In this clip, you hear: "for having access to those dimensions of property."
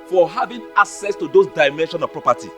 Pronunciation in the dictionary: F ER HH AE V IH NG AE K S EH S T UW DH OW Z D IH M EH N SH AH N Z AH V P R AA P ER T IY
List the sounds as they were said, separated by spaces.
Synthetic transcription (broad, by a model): F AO HH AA V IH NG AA K S EH S T UW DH OW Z D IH M EH N SH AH N AH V P R AA P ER T IY